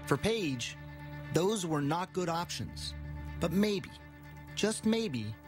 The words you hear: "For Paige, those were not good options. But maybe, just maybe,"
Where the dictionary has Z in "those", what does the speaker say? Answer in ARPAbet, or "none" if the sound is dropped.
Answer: Z